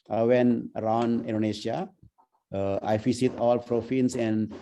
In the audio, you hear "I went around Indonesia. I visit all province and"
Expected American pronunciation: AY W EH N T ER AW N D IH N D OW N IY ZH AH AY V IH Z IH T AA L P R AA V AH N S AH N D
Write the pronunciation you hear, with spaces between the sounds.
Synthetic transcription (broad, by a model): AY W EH N ER AW N D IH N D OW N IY SH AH AY F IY S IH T AA L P R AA F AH N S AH N D